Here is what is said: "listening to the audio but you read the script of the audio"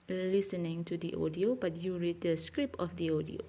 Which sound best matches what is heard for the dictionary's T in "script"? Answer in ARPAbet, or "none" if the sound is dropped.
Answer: none